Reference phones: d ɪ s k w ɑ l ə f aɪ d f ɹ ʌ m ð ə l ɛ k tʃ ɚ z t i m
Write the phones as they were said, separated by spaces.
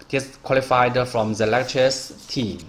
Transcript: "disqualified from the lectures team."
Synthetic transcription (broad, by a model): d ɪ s k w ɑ l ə f aɪ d f ɹ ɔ m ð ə l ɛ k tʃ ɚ s t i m